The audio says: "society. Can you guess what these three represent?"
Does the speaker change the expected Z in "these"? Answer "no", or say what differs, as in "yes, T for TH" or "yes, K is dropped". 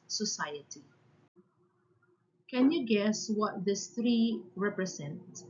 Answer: yes, S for Z